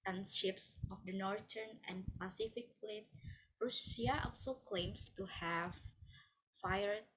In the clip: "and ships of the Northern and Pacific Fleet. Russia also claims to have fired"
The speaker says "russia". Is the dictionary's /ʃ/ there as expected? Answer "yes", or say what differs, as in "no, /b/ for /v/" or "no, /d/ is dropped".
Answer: no, /s/ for /ʃ/